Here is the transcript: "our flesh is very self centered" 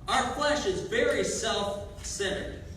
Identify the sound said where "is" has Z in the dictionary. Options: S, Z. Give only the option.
Z